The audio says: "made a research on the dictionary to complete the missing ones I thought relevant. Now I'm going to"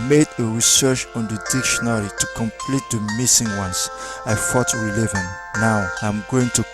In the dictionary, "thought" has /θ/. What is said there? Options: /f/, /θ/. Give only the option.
/f/